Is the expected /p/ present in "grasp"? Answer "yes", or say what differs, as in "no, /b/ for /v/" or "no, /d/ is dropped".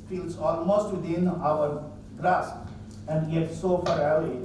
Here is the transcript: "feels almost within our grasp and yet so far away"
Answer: no, /p/ is dropped